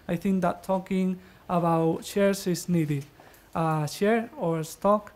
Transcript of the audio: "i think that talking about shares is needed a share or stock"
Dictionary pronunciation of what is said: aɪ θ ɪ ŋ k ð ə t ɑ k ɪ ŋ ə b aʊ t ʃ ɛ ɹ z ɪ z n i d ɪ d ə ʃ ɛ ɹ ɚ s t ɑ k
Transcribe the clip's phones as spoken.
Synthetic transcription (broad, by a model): aɪ θ ɪ ŋ k ð ə t ɑ k ɪ ŋ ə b aʊ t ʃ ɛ ɹ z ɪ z n i d ɪ d ə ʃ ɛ ɹ ɚ s t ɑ k